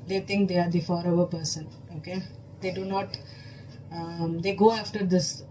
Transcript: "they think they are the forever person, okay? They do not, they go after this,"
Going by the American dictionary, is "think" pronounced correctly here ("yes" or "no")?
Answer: no